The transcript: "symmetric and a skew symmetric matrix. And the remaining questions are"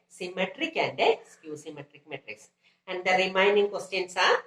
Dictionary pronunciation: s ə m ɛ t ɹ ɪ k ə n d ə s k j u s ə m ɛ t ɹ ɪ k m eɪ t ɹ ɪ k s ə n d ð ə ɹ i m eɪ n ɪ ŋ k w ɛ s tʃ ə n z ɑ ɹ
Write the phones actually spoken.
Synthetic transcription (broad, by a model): s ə m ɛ t ɹ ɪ k ə n d s k j u s ə m ɛ t ɹ ɪ k m eɪ t ɹ ɪ k s ə n d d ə ɹ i m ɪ n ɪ ŋ k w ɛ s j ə n s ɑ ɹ